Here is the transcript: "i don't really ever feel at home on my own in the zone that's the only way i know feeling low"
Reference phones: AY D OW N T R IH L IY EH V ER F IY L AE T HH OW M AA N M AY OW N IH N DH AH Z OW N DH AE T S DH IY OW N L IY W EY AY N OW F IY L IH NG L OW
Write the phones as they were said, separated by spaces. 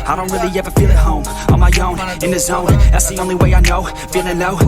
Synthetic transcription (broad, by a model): AY D OW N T R IH L IY EH V ER F IY L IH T HH OW M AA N M AY OW N IH N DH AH Z OW N DH AE T S DH IY OW N L IY W EY AY N OW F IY N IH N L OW